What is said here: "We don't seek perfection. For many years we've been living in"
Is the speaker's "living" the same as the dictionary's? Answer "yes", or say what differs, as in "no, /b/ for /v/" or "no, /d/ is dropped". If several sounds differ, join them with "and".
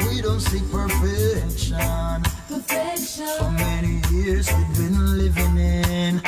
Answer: yes